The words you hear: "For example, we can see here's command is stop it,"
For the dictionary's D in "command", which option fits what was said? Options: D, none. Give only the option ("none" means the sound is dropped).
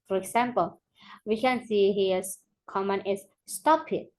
none